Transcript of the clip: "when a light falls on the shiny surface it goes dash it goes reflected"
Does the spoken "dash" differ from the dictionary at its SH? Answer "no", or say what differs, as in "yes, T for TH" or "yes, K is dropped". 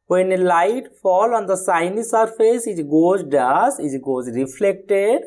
yes, S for SH